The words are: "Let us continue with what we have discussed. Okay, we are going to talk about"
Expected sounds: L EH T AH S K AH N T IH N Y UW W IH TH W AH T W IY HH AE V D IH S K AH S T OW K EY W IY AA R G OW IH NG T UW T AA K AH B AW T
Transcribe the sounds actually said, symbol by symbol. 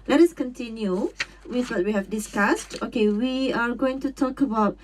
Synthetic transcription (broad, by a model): L EH T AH S K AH N T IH N Y UW W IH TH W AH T W IY HH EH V D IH S K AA S T OW K EY W IY AA R G OW IH NG T UW T AA K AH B AW T